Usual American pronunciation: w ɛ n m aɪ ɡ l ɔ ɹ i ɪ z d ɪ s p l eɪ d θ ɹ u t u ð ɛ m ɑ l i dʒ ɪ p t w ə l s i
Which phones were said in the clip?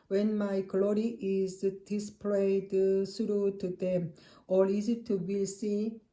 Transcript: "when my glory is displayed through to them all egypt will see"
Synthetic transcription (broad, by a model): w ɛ n m aɪ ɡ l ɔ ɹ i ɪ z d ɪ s p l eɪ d s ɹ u t u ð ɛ m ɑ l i z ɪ t w ə l s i